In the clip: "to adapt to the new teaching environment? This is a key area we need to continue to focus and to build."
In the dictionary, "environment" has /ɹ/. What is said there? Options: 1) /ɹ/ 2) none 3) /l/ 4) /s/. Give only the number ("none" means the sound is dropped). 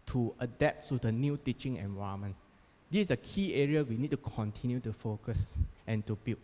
2